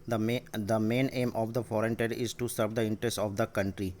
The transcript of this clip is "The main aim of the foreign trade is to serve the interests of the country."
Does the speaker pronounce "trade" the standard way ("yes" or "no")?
no